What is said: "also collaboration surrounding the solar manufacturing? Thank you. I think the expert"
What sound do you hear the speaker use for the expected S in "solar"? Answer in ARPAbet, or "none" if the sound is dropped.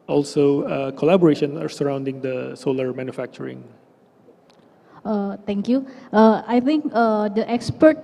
S